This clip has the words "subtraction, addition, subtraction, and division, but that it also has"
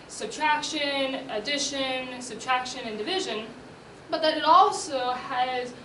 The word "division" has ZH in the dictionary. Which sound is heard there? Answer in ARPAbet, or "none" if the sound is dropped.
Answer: ZH